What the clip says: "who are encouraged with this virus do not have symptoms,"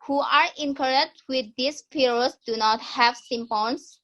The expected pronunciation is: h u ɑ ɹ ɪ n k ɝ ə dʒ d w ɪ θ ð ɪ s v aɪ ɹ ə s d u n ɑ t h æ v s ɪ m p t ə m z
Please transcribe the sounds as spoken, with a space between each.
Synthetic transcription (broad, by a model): h u ɑ ɹ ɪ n k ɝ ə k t w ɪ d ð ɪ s p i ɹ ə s d u n ɑ t h æ v s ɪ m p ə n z